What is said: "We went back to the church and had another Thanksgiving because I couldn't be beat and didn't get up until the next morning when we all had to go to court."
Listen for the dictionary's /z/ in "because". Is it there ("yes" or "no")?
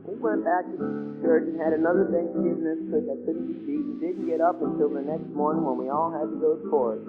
no